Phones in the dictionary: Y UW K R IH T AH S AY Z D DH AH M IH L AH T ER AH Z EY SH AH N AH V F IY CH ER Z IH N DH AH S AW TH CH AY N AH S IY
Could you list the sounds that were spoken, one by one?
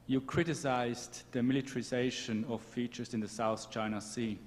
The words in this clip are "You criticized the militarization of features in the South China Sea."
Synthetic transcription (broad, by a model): Y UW K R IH T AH S AY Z DH AH M IH L AH T ER AH Z EY SH AH N AH V F IY CH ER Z IH N DH AH S AW TH CH AY N AH S IY